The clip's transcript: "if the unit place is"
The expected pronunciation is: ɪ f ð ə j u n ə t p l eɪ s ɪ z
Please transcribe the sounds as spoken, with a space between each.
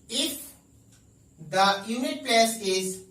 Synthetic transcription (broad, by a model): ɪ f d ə j u n ə t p eɪ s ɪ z